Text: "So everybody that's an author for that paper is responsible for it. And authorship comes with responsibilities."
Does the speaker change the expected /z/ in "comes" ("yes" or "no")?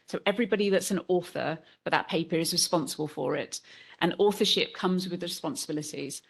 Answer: no